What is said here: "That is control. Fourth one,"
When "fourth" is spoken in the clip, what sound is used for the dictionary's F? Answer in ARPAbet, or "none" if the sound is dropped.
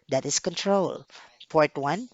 P